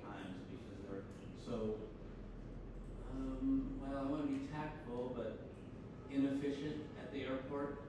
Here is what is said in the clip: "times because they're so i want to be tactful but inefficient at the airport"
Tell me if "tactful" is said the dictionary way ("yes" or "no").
no